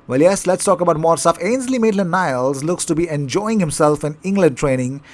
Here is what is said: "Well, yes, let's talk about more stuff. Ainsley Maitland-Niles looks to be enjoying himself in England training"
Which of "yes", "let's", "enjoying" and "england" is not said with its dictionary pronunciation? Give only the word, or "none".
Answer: none